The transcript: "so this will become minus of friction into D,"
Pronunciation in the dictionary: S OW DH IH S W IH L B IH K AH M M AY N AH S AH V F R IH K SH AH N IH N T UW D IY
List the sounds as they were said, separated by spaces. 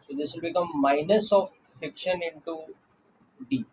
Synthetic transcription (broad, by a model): S OW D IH S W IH L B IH K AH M M AY N AH S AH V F IH K SH AH N IH N T UW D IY